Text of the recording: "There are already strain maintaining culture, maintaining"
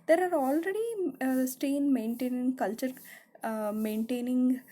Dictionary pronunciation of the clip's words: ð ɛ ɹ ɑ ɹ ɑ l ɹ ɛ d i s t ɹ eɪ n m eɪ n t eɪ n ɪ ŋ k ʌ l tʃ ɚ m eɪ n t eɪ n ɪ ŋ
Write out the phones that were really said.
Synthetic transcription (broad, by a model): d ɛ ɹ ɑ ɹ ɑ l ɹ ɛ d i s t eɪ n m eɪ n t eɪ n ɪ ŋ k ʌ l tʃ ɚ m eɪ n t eɪ n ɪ ŋ